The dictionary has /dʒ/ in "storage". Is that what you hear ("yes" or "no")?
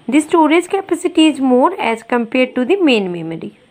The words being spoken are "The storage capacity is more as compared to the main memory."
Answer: no